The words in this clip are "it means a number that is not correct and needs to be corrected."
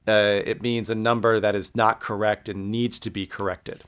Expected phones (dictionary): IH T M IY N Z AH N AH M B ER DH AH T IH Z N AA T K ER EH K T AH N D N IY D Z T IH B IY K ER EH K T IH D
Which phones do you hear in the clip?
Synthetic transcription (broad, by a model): IH T M IY N Z AH N AH M B ER DH AH T IH Z N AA T K ER EH K T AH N N IY D Z T IH B IY K ER EH K T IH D